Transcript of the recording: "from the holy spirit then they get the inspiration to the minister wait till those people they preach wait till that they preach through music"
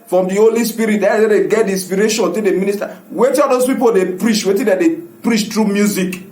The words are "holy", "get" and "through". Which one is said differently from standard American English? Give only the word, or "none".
through